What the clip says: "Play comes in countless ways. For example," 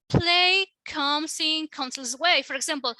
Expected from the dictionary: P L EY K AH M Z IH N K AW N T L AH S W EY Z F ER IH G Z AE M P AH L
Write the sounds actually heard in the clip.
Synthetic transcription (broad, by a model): P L EY K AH M S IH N K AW N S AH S W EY F ER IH G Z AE M P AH L